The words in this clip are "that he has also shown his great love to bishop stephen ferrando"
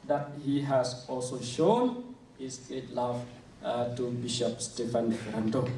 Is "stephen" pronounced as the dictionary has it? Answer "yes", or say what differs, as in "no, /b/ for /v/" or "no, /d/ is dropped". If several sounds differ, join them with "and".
no, /f/ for /v/